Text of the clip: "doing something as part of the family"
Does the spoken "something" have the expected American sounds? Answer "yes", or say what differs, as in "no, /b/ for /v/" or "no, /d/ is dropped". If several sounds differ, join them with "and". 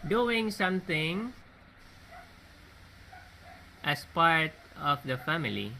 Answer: no, /t/ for /θ/